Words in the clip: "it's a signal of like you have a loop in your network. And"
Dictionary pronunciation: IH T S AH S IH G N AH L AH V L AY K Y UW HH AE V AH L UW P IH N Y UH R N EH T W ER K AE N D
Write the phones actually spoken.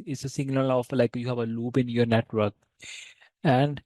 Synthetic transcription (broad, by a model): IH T S AH S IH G L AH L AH F L AY K Y UW HH AE V AH L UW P IH N Y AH R N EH T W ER K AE N D